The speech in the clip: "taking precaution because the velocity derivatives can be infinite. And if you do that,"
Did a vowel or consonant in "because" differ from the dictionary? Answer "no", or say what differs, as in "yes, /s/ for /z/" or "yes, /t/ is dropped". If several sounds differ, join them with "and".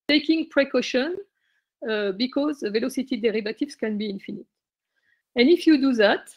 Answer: no